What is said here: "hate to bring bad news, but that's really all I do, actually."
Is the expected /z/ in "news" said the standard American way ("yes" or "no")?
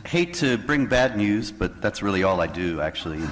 yes